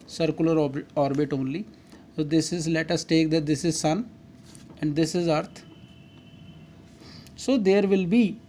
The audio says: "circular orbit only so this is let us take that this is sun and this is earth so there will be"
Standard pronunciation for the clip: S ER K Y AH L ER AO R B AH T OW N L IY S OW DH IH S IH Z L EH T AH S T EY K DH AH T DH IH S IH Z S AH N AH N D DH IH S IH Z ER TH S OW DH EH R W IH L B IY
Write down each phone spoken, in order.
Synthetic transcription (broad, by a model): S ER K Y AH L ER AO R B AH T OW N L IY S OW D IH S IH Z L EH T AH S T EY K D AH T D IH S IH Z S AH N AH N D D IH S IH Z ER T S OW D EH R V IH L B IY